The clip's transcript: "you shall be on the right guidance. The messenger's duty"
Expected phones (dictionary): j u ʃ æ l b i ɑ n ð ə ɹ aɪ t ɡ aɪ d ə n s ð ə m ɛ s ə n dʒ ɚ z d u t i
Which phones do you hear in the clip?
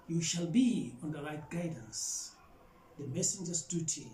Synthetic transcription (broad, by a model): j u ʃ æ l b i ɑ n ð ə l aɪ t ɡ aɪ d ə n s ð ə m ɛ s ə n dʒ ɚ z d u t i